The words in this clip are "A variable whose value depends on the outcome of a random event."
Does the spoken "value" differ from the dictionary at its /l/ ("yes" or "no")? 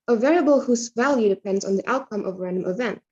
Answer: no